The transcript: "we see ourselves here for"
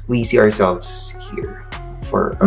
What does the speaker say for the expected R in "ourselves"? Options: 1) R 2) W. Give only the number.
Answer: 1